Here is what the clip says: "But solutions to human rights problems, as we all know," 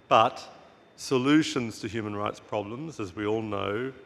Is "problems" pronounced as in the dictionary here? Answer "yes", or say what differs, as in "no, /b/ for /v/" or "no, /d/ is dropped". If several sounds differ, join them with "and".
yes